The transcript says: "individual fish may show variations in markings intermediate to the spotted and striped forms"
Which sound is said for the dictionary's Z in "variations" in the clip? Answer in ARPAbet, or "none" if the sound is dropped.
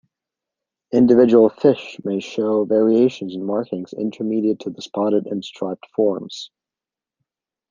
Z